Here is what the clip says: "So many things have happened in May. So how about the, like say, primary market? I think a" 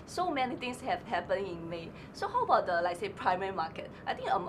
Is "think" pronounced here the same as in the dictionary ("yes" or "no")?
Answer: no